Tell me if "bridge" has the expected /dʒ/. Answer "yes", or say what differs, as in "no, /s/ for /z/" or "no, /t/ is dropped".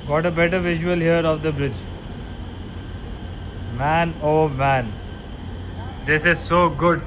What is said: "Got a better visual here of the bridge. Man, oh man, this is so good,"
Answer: yes